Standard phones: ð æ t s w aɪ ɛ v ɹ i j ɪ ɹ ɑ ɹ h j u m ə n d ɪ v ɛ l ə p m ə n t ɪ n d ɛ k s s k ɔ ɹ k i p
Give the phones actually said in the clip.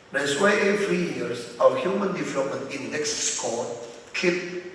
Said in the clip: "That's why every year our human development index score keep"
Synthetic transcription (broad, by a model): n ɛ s w aɪ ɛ f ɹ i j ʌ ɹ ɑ w h j u m ə n d ɪ v ɛ l ə p m ə n t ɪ n d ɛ k s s k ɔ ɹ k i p